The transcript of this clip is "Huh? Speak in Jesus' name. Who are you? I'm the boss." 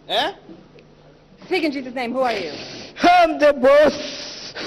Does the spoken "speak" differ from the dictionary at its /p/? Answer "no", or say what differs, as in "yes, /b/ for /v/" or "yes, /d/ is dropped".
yes, /p/ is dropped